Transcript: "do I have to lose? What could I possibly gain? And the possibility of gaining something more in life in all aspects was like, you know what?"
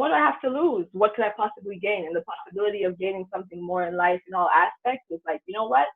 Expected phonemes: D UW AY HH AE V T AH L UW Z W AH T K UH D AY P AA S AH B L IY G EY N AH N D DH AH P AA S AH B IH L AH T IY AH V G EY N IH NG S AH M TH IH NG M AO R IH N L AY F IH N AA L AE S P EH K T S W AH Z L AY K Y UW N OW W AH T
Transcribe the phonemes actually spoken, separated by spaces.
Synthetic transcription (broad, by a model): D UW AY HH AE F T AH L UW Z W AH T K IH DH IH P AA S AH B L IY G EY N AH N DH AH P AA S AH B IH L AH T IY AH V G EY N IH NG S AH M TH IH NG M AO R IH N L AY F IH N AA L AE S P EH K T S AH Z L AY K Y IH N OW W AH T